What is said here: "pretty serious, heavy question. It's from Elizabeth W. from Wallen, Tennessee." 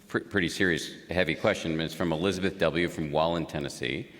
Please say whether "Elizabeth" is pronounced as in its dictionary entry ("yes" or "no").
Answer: yes